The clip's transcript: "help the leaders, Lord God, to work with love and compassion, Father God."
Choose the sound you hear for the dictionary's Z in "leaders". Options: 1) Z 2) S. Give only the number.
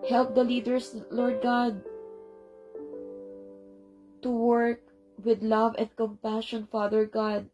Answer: 2